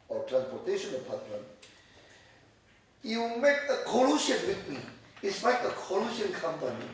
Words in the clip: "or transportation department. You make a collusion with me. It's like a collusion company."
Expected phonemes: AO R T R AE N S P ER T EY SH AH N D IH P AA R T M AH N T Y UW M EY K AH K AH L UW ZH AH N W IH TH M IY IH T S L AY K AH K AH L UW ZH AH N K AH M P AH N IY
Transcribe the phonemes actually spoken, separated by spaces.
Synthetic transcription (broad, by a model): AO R T R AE N S P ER T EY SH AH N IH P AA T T AH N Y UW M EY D AH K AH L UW SH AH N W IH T M IY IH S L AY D AH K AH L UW SH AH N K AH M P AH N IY